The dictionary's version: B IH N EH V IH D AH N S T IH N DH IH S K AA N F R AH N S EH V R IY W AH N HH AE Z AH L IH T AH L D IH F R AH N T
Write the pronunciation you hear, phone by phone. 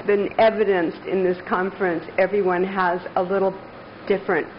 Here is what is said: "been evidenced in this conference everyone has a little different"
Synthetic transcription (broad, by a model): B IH N EH V IH D AH N S T IH N DH IH S K AA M F R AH N S EH V R IY W AH N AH Z AH L IH T L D IH F R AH N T